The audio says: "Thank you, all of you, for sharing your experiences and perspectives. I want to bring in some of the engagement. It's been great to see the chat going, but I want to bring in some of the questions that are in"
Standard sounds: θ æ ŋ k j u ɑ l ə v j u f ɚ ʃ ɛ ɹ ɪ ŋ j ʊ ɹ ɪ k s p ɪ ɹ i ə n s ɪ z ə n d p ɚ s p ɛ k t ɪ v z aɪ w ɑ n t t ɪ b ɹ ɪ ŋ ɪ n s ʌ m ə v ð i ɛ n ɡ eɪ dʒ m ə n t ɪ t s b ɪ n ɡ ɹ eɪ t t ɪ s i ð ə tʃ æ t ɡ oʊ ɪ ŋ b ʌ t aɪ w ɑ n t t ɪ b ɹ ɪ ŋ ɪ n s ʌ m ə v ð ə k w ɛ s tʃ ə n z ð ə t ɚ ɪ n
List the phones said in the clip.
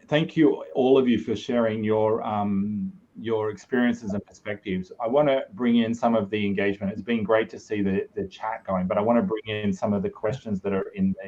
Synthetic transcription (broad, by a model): θ æ ŋ k j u ɑ l ə v j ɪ f ɚ ʃ ɛ ɹ ɪ ŋ j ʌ ɹ ɪ k s p ɪ ɹ i ə n s ɪ z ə n p ɚ s p ɛ k t ɪ v z aɪ w ɑ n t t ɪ b ɹ ɪ ŋ ɪ n s ʌ m ə v ð i ɛ n ɡ eɪ dʒ m ə n t ɪ t s b ɪ n ɡ ɹ eɪ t t ɪ s i ð ə tʃ æ t ɡ oʊ ɪ ŋ b ʌ t aɪ w ɑ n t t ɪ b ɹ ɪ ŋ ɪ n s ʌ m ə v ð ə k w ɛ s tʃ ə n z ð ə t ɚ ɪ n